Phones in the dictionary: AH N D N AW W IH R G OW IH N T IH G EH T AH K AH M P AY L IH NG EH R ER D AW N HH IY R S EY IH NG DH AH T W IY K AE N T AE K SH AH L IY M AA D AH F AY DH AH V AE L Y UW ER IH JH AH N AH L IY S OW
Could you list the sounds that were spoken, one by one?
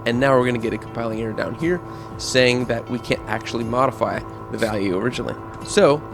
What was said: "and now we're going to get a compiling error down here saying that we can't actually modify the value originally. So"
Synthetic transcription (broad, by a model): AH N N AW W IH R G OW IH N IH G EH T AH K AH M P AY L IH NG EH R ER D AW N HH IY R S EY IH NG DH AH T W IY K AE N T AE K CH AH L IY M AA D AH F AY DH AH V AE L Y UW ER IH JH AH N L IY S OW